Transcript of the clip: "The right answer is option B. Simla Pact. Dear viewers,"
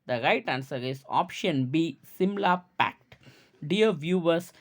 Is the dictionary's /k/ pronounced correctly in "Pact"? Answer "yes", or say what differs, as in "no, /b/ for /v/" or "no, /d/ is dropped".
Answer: yes